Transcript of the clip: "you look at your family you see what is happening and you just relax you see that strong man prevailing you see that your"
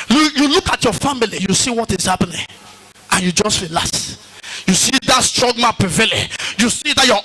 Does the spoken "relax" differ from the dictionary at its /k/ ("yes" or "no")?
yes